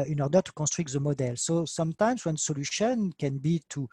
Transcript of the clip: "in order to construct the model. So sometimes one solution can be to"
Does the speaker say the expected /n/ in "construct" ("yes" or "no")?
no